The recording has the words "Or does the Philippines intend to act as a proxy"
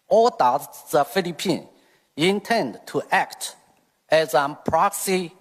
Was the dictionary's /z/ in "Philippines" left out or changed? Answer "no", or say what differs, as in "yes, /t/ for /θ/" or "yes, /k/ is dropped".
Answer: yes, /z/ is dropped